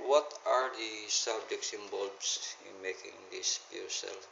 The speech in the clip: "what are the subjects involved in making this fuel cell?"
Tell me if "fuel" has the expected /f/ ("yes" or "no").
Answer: no